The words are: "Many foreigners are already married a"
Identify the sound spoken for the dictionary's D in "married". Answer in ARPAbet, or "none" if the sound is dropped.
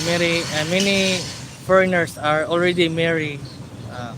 none